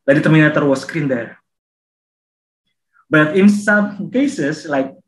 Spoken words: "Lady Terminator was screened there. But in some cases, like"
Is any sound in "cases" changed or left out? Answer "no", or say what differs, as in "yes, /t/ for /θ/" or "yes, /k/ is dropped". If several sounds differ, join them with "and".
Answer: yes, /s/ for /z/